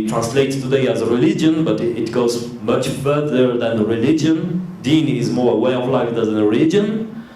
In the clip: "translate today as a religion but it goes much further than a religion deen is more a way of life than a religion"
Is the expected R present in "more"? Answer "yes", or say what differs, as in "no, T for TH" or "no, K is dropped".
yes